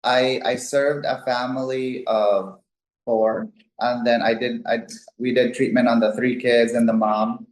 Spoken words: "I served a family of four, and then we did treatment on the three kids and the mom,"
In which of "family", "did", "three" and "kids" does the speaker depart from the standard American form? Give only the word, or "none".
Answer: none